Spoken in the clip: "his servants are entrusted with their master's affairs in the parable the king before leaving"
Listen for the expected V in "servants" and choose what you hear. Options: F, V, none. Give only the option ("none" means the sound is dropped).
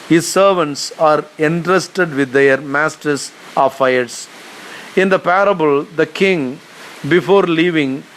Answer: V